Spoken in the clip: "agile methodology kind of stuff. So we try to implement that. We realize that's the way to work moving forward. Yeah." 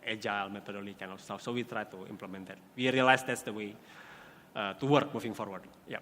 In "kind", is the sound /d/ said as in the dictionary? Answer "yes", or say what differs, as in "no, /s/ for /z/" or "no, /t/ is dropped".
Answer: no, /d/ is dropped